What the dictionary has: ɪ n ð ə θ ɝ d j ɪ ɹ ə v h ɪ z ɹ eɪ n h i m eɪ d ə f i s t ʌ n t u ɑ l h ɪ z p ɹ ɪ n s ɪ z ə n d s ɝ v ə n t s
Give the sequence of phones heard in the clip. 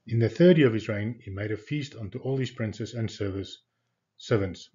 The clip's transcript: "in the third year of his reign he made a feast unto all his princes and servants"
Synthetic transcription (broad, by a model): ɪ n ð ə θ ɝ d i ə v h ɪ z ɹ eɪ n h i m eɪ d ə f i s t ʌ n t u ɑ l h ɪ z p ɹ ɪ n s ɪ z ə n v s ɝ v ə n t s